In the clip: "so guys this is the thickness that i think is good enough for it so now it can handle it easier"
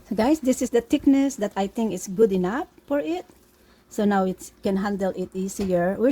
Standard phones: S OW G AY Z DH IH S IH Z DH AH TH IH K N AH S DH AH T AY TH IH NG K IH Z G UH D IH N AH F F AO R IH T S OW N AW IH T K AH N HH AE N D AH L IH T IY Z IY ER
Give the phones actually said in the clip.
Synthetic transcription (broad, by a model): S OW G AY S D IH S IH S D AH T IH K N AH S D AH T AY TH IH NG K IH S G UH D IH N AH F F AO R IH T S OW N AW IH T K AH N HH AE N D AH L IH T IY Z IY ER